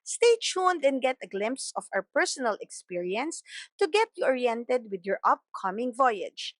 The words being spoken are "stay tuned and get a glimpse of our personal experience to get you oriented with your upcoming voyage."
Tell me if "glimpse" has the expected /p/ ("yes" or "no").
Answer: yes